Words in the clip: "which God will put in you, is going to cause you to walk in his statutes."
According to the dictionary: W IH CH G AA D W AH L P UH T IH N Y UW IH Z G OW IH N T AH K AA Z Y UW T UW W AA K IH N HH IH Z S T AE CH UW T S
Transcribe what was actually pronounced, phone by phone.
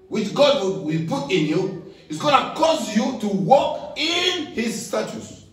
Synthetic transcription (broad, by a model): W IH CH G AA D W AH W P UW T IH N Y UW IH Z G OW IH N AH K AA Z Y UW T UW W AA K IH N HH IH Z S T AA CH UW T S